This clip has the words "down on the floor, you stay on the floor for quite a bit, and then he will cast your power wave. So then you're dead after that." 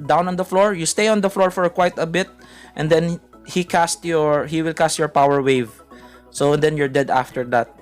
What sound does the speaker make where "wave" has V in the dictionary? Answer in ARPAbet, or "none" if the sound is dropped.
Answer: V